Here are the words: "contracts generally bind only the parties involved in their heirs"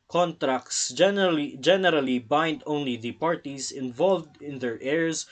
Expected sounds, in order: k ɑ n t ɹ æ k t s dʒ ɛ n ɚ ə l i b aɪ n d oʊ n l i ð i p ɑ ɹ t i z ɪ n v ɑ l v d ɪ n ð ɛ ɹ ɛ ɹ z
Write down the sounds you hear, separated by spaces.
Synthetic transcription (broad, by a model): k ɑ n t ɹ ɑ k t s dʒ ɛ n ɚ ə l i b aɪ n d oʊ n l i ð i p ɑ ɹ t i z ɪ n v ɑ l v d ɪ n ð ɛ ɹ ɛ ɹ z